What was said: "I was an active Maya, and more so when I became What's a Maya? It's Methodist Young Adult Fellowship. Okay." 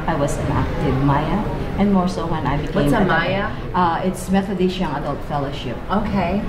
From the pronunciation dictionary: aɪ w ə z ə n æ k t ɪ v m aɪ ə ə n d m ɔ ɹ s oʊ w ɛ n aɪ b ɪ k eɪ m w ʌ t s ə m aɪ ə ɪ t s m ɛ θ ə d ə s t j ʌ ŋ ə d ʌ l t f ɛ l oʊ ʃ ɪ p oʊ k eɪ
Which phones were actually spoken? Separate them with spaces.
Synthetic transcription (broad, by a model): aɪ w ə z ə n æ k t ɪ v m aɪ ə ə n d m ɔ ɹ s oʊ w ɛ n aɪ b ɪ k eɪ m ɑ ə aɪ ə ɪ t s m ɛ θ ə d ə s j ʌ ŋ ə d ʌ l t f ɛ l oʊ ʃ ɪ p oʊ k eɪ